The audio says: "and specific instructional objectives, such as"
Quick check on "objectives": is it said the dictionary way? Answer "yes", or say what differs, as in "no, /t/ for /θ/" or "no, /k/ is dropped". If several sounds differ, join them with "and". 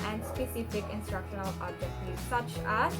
no, /v/ is dropped